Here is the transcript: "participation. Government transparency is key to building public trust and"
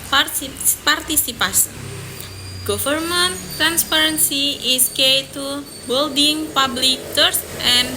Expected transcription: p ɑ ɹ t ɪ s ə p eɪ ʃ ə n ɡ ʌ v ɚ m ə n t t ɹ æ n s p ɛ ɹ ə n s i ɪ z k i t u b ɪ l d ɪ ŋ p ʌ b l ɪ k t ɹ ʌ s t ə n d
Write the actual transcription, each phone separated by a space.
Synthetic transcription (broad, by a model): p ɑ ɹ t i s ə p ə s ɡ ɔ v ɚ m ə n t t ɹ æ n s p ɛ ɹ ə n s i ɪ s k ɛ t u b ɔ l d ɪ ŋ p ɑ b l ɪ k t ʌ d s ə n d